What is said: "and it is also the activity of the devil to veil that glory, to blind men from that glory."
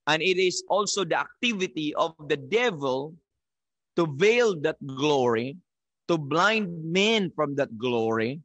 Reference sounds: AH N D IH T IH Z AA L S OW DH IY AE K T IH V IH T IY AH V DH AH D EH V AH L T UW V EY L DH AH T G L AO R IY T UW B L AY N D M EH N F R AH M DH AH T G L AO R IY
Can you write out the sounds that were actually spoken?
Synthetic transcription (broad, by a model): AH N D IH T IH S AA L S OW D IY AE K T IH V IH T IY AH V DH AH D EH V AH L T UW V EY L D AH T G L AO R IY T UW B L AY N D M EH N F R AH M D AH T G L AO R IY